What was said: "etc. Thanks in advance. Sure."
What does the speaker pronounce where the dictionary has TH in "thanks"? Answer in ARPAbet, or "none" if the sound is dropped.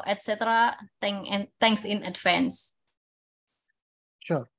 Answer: T